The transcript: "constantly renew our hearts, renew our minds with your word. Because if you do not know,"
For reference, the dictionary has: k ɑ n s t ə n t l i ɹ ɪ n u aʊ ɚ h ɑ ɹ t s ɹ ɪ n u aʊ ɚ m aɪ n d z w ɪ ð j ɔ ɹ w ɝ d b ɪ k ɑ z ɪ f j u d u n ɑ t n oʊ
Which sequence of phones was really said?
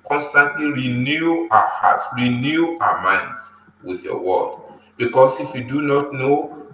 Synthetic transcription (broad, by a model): k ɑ n s t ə n t l i ɹ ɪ n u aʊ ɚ h ɑ t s ɹ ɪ n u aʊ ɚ m aɪ n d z w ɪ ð j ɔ w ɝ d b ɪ k ɑ s ɪ f j u d u n ɑ t n oʊ